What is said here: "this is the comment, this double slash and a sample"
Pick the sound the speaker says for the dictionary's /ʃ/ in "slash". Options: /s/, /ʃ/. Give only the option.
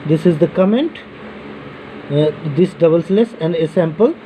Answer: /s/